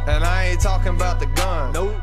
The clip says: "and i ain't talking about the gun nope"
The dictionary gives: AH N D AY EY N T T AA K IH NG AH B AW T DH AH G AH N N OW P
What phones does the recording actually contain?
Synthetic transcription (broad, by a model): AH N AY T T AA K IH NG AH B AW T DH AH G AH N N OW